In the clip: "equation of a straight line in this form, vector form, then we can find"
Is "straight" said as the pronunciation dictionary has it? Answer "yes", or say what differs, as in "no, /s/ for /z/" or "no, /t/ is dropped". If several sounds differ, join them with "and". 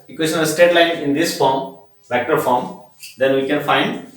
no, /ɹ/ is dropped